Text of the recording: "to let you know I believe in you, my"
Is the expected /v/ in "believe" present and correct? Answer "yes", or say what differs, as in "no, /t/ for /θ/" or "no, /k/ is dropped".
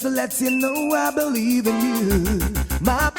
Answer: yes